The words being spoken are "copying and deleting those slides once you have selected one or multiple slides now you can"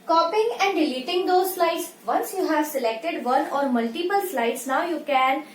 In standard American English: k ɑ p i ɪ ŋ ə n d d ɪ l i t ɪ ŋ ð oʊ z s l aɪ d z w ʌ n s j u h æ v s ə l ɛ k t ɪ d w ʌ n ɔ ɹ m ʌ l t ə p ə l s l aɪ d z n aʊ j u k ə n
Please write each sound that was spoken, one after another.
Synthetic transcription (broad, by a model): k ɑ p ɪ ŋ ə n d d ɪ l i t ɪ ŋ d oʊ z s l aɪ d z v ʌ n s j u h æ v s ə l ɛ k t ɪ d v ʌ n ɔ ɹ m ʌ l t ə p ə l s l aɪ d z n aʊ j u k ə n